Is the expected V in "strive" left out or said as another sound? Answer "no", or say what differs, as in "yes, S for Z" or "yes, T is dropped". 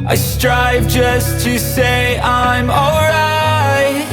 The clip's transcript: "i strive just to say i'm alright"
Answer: no